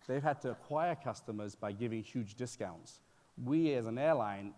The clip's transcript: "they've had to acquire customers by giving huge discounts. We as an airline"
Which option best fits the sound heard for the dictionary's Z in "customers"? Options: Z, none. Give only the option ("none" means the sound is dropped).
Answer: Z